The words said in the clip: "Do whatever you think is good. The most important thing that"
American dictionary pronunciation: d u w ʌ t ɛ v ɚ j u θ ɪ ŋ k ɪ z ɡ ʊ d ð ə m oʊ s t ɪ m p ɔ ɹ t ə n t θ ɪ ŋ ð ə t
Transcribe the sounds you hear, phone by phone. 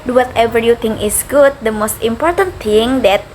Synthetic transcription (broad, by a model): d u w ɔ t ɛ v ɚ j u t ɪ ŋ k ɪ s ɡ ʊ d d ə m oʊ s t ɪ m p ɔ ɹ t ə n t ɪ ŋ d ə t